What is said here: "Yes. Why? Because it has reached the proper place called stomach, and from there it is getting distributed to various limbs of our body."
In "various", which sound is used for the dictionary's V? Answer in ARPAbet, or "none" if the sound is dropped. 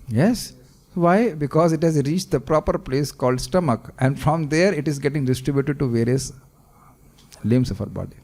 V